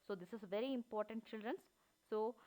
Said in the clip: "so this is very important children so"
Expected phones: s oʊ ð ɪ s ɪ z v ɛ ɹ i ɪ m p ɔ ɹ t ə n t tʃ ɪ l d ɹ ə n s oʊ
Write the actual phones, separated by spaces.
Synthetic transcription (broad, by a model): s oʊ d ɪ s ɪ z v ɛ ɹ i ɪ m p ɔ ɹ t ə n t tʃ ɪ l d ɹ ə n s oʊ